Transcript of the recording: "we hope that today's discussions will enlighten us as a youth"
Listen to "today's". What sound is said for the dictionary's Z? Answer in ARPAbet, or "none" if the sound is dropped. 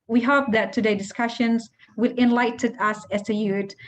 none